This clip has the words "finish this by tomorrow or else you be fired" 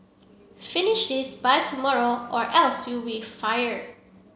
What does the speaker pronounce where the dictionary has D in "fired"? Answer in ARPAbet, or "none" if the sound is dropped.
none